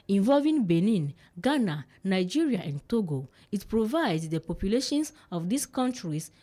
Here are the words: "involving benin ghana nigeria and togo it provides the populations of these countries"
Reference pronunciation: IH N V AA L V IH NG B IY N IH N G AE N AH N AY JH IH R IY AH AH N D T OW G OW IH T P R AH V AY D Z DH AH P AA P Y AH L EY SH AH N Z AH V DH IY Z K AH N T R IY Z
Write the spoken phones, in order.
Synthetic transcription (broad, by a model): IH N V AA L V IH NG B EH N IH N G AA N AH N AY JH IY R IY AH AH N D T OW G OW IH T P R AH V AY D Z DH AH P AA P Y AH L EY SH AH N S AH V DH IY S K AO N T R IY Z